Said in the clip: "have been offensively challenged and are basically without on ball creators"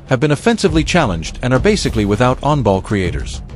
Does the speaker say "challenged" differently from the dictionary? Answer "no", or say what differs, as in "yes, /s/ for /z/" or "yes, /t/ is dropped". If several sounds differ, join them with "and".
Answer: no